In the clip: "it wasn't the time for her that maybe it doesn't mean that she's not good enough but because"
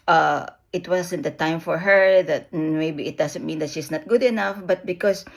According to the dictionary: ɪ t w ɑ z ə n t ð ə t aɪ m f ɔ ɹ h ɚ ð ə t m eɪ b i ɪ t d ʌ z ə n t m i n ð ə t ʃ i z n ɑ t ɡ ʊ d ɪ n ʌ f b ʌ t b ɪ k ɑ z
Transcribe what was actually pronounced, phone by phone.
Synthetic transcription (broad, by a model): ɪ t w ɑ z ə n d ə t aɪ m f ɔ ɹ h ɚ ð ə t m eɪ b i ɪ t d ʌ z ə n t m i n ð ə t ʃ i s n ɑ t ɡ ʊ d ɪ n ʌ f b ʌ t b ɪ k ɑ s